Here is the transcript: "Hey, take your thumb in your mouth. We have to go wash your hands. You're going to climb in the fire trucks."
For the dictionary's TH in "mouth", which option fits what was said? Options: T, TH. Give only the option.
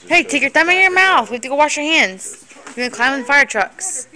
TH